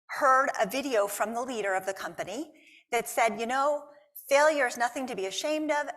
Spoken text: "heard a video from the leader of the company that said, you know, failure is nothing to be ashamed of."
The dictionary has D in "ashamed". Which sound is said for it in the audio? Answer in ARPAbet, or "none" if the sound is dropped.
D